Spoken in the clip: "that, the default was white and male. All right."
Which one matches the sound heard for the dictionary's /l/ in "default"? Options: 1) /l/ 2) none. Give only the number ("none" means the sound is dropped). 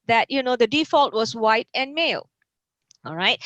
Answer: 1